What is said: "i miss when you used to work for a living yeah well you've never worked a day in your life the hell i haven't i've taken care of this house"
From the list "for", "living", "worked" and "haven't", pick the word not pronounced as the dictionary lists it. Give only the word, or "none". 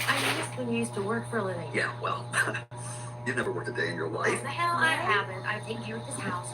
haven't